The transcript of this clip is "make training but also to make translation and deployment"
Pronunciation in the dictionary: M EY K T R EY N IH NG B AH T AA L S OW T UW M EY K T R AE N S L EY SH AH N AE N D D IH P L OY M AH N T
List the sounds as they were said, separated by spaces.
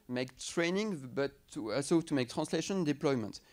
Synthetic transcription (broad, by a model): M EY K T R EY N IH NG B AH T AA S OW T UW M EY K T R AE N S L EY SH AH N N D D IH P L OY M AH N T